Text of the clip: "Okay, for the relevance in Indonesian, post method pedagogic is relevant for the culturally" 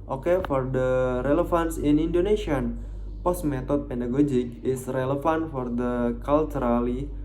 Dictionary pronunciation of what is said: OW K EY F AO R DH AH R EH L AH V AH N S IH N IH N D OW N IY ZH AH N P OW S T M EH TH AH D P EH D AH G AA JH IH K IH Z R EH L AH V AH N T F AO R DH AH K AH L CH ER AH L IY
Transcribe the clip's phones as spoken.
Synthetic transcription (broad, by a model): OW K EY F AO R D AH R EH L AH F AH N S IH N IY N D OW N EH SH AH N P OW S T M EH T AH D P EH D AH G AA JH IH K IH S R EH L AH F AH N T F AO R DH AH K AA L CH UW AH L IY